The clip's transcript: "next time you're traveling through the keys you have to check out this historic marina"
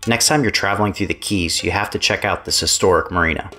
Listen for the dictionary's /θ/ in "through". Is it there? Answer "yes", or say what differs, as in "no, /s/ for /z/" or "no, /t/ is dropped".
yes